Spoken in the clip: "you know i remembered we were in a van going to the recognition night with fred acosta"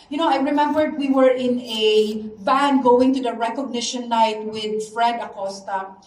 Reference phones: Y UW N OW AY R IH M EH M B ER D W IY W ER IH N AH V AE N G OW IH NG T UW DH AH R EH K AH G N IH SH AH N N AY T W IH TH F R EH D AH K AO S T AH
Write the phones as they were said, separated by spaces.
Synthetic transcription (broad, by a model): Y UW N OW AY R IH M EH M B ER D W IY W ER IH N AH B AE N G OW IH NG T UW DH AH R EH K AH G N IH SH AH N L AY T W IH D F R EH D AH K AO S T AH